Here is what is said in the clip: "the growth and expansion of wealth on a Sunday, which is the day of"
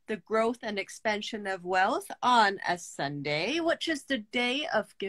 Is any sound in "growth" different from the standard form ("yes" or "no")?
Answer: no